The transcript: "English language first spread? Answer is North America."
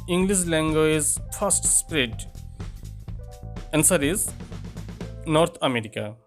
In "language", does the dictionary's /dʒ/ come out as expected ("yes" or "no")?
no